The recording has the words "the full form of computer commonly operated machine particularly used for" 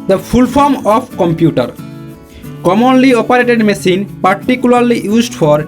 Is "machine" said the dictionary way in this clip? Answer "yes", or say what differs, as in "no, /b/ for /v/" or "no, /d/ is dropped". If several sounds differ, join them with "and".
no, /s/ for /ʃ/